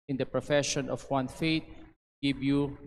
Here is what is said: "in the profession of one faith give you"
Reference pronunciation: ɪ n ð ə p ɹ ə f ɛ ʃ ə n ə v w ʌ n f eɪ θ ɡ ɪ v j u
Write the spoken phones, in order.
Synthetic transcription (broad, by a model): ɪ n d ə p ɹ ə f ɛ ʃ ə n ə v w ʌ n f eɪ t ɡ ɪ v j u